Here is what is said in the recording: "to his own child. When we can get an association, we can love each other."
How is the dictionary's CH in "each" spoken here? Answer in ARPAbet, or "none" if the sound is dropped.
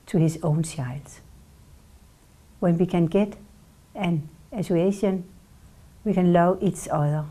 S